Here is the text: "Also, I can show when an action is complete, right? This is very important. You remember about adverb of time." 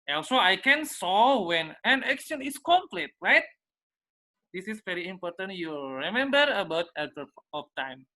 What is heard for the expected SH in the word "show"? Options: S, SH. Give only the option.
S